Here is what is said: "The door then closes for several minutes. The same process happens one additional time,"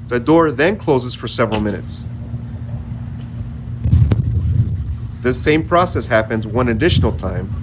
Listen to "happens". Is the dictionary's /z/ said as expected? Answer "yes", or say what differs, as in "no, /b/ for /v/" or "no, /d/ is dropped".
yes